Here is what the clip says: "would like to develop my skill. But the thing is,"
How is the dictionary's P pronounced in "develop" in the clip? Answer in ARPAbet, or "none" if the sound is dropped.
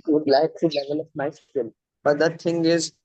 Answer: F